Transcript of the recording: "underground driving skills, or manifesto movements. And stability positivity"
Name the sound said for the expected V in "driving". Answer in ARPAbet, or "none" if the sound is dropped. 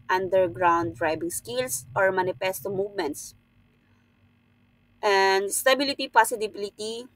B